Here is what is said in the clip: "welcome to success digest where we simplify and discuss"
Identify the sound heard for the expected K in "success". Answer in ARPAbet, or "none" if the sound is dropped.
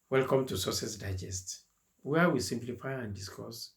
none